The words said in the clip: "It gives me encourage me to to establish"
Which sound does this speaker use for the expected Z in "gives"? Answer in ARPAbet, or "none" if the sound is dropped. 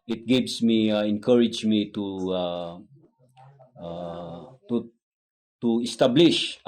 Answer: S